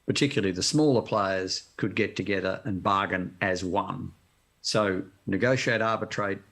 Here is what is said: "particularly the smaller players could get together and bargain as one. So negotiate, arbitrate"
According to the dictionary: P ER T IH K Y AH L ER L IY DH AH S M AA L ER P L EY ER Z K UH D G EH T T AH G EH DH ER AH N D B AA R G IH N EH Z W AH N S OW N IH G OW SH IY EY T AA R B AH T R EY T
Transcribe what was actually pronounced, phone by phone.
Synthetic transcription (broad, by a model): P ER T IH K Y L L IY DH AH S M AA L ER P L EY ER Z K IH D G EH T T AH G EH DH ER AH N B AA R G IH N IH Z W AH N S OW N IH G OW SH IY EY T AA R B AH T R EY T